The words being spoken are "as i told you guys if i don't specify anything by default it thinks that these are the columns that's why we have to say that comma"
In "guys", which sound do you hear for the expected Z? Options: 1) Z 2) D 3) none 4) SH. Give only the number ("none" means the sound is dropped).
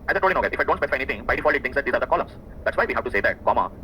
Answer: 3